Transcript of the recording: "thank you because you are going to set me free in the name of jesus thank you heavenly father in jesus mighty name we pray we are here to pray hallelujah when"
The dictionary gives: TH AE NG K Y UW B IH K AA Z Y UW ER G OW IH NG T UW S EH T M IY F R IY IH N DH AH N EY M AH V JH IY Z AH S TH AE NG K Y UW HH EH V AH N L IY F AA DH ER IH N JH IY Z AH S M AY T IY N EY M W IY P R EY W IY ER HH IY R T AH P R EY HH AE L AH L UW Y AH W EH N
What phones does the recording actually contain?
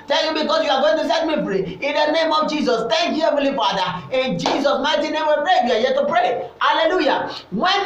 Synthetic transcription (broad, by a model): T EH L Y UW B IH K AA S Y UW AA G OW IH NG T UW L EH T M IY P R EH IH N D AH N EY M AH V JH IY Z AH S T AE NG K Y UW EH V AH L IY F AA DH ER IH N JH IY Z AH S M AY T IY N EY M W IY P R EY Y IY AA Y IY T AH P R EY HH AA L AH L UW Y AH W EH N